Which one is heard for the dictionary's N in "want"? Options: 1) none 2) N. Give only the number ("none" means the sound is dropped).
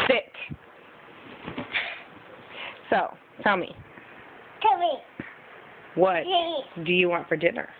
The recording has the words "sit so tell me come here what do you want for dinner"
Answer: 2